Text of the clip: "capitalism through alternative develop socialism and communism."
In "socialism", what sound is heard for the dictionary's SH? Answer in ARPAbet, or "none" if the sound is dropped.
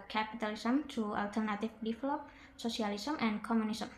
S